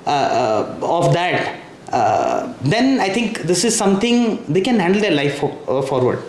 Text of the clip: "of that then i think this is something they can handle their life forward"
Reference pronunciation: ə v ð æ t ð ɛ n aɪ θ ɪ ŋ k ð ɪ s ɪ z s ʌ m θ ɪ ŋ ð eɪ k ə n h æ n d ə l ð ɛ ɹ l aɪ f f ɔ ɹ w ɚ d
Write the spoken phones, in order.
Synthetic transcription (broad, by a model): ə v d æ t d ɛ n aɪ t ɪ ŋ k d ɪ s ɪ z s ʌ m t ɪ ŋ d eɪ k ə n h æ n d ə l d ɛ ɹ l aɪ f f ɔ ɹ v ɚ d